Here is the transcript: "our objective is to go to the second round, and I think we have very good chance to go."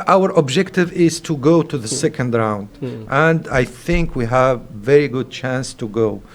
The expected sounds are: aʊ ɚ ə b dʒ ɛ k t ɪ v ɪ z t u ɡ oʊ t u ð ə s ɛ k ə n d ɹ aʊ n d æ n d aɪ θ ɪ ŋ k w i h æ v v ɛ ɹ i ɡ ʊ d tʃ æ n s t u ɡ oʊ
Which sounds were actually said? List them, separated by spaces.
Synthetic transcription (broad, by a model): aʊ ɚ ə b dʒ ɛ k t ɪ v ɪ z t u ɡ oʊ t u ð ə s ɛ k ə n d ɹ aʊ n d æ n d aɪ θ ɪ ŋ k w i h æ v v ɛ ɹ i ɡ ʊ d tʃ æ n s t u ɡ oʊ